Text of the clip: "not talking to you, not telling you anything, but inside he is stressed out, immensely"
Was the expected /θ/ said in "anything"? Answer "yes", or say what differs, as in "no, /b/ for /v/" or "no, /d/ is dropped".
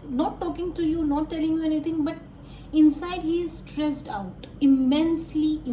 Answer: no, /t/ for /θ/